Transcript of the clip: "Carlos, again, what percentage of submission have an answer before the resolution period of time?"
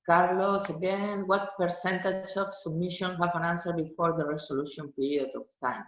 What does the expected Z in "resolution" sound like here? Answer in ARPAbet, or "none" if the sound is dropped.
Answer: S